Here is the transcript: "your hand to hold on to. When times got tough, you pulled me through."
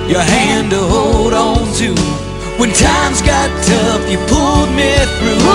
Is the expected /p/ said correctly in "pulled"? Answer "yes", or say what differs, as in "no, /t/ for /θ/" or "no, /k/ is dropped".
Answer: yes